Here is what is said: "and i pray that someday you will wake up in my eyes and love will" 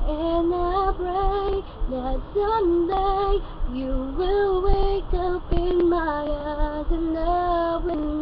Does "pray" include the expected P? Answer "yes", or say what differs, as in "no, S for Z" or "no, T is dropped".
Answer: no, B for P